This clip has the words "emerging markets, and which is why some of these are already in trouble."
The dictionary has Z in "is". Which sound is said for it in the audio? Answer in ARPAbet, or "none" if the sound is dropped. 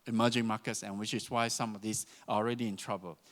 S